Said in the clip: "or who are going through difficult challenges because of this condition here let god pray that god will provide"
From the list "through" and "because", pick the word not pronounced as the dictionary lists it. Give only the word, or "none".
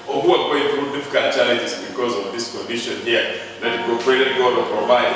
through